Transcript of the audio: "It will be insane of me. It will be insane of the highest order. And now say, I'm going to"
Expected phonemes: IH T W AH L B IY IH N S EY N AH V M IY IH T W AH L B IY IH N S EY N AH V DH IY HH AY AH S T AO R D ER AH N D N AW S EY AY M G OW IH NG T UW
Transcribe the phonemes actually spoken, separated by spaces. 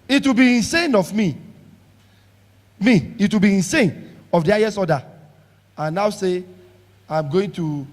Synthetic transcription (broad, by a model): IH T W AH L B IY IH N S EY N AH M M IY IH T W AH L B IY IH N S EY N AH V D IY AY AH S AO D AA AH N N AW S EY AY M G OW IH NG T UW